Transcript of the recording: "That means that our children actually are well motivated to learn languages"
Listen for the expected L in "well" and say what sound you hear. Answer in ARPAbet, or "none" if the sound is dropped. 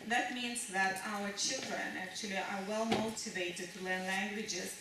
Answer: L